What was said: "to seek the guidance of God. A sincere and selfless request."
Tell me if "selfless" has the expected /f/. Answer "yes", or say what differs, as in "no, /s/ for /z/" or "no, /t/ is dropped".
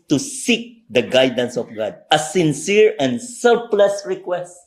no, /p/ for /f/